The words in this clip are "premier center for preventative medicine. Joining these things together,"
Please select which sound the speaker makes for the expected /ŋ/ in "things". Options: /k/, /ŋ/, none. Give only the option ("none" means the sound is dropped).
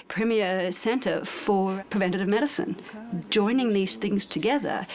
/ŋ/